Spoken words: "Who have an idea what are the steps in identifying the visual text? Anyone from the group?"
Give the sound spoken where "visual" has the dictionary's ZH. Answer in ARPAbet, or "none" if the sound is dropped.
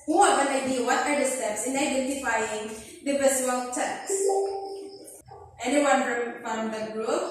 S